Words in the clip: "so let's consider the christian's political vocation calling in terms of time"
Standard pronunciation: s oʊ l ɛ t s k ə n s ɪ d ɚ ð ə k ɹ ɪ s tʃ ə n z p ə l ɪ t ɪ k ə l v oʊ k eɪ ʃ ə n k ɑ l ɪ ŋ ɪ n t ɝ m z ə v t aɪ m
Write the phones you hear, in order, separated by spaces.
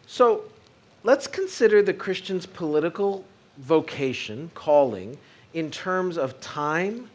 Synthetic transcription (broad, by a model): s oʊ l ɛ t s k ə n s ɪ d ɚ ð ə k ɹ ɪ s tʃ ə n z p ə l ɪ t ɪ k l v oʊ k eɪ ʃ ə n k ɑ l ɪ ŋ ɪ n t ɝ m z ə v t aɪ m